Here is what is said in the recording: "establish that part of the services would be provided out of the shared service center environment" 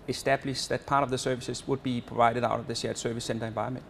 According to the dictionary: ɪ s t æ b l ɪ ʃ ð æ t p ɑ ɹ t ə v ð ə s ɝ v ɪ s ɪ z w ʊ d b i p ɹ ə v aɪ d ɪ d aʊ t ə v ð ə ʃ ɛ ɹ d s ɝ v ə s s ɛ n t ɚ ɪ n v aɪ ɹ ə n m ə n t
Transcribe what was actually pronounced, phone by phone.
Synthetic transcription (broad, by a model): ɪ s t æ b l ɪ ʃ ð æ t p ɑ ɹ t ə v ð ə s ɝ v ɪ s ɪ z w ʊ d b i p ɹ ə v aɪ d ɪ d aʊ t ə v ð ə s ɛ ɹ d s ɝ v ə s s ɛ n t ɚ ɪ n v aɪ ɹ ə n m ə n